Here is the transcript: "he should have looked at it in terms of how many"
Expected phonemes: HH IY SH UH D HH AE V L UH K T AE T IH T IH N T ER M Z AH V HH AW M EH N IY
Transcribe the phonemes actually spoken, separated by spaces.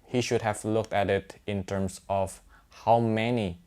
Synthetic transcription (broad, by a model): HH IY SH UH D HH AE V L UH K T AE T IH T IH N T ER M S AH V HH AW M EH N IY